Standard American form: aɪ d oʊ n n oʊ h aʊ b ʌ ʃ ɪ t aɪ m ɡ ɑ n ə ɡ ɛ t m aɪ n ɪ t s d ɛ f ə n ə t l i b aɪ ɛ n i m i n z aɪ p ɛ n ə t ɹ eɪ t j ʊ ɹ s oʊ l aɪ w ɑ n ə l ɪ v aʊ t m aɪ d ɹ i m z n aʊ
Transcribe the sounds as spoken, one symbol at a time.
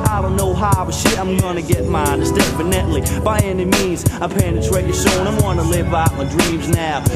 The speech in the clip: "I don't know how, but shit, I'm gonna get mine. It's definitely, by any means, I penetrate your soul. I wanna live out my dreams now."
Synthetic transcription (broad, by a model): aɪ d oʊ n n oʊ h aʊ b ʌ ʃ ɪ t aɪ m ɡ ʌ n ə ɡ ɛ t m aɪ n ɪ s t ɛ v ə n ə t l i b aɪ ɛ n i m i n z aɪ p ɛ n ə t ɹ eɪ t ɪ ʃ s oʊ n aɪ w ɑ n ə l ɪ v aʊ t m aɪ d ɹ i m z n aʊ